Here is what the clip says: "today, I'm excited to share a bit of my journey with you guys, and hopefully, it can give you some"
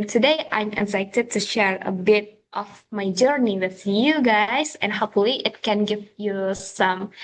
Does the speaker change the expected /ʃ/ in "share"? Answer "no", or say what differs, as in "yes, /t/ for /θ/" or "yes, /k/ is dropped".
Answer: no